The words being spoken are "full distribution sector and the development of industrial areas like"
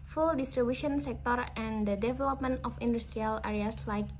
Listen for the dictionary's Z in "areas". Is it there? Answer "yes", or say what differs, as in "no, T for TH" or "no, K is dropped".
no, S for Z